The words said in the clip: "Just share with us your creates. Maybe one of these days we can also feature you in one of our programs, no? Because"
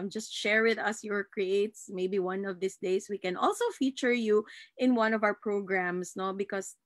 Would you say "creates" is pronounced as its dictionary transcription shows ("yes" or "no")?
yes